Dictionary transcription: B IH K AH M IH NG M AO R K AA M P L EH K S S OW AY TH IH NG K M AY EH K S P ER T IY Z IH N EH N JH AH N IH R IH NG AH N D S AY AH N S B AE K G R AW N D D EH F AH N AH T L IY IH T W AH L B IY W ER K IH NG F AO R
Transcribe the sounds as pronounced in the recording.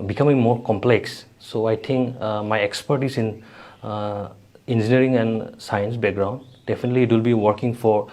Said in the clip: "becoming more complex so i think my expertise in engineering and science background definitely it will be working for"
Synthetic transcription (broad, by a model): B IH K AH M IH NG M AO R K AA M P L EH K S S OW AY T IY NG K M AY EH K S P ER T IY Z IH N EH N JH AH N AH R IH NG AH N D S AY AH N S B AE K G R AW N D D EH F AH N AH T L IY T W AH L B IY W ER K IH NG F AO R